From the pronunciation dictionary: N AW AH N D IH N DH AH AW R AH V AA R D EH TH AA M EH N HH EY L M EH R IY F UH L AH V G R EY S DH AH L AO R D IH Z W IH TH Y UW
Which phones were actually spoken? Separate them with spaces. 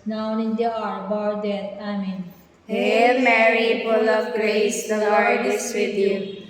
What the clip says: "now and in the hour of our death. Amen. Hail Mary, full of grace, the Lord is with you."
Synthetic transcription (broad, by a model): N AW AH N D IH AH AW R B AA R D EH T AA M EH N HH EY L M EH R IY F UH L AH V G R EY S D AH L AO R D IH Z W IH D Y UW